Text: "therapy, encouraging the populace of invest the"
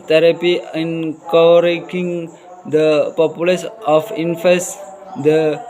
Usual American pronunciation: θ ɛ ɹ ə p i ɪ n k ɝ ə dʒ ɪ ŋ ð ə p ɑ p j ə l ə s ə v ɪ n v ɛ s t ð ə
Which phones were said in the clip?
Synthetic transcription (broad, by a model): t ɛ ɹ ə p i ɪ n k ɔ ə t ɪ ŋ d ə p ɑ p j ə l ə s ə f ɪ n f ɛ s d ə